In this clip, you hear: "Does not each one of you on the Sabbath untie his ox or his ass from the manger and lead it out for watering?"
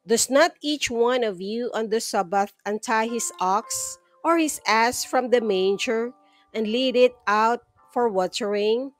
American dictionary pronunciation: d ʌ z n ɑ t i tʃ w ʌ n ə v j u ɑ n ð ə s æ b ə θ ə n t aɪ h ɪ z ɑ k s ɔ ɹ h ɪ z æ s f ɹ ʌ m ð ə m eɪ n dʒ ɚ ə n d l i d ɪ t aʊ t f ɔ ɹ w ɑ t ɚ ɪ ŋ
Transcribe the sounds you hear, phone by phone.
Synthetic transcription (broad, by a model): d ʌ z n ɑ t i tʃ w ʌ n ə v j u ɑ n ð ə s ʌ b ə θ ə n t aɪ h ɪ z ɑ k s ɔ ɹ h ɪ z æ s f ɹ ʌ m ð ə m eɪ n dʒ ɚ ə n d l i d ɪ t aʊ t f ɔ ɹ w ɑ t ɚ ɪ ŋ